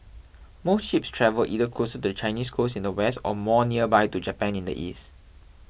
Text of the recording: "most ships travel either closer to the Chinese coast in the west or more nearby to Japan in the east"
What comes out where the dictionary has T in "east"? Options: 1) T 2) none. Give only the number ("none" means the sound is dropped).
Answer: 1